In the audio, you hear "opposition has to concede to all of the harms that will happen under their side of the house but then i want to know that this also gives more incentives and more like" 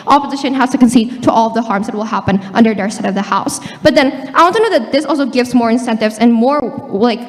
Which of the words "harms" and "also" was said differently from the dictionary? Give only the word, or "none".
none